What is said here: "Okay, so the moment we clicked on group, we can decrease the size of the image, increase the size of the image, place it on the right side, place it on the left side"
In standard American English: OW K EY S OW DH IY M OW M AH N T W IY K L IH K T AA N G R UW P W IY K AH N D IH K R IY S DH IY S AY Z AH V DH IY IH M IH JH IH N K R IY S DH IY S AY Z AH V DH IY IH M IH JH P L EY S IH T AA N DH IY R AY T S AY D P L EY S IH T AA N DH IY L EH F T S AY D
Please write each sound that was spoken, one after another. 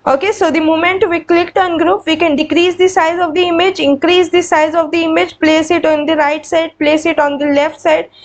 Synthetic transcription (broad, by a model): OW K EY S OW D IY M OW M AH N T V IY K L IH K T AA N G R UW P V IY K AH N D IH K R IY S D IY S AY Z AH V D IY IH M IH JH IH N K R IY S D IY S AY Z AH V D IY IH M IH JH P L EY S IH T AA N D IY R AY T S AY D P L EY S IH T AA N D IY L EH F T S AY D